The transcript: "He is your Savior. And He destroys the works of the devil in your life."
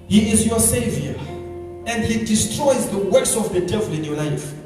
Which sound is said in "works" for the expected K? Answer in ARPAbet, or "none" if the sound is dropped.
none